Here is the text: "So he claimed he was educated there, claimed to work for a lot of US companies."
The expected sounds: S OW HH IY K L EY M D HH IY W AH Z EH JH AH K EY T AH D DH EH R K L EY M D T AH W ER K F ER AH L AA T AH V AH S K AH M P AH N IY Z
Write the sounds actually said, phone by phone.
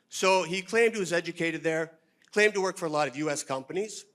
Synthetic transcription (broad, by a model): S OW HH IY K L EY M D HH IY W AH Z EH JH AH K EY T AH D DH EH R K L EY M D T AH W ER K F ER AH L AA T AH V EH S K AH M P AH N IY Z